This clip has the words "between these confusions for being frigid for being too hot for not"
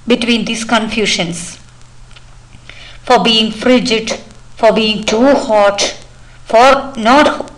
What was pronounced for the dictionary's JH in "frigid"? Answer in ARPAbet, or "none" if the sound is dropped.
JH